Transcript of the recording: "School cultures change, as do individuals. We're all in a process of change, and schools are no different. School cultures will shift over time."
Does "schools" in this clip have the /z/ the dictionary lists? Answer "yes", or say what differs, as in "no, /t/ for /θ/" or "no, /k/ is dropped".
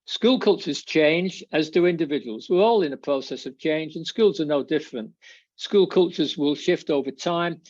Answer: yes